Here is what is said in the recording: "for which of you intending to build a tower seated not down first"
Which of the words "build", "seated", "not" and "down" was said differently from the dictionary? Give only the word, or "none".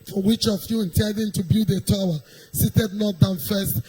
build